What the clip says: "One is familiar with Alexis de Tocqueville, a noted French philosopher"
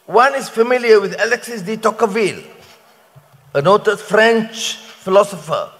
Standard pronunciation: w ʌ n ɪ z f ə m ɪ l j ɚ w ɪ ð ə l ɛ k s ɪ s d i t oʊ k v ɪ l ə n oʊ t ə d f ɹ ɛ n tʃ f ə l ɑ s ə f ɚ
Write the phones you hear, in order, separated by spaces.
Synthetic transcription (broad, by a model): w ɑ n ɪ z f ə m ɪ l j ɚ w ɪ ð ə l ɛ k s ɪ s d i t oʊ k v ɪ l ə n oʊ t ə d f ɹ ɛ n tʃ f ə l ɑ s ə f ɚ